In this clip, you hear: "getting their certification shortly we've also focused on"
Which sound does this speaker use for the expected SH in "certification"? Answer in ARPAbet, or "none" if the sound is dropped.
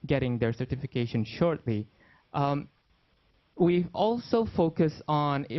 SH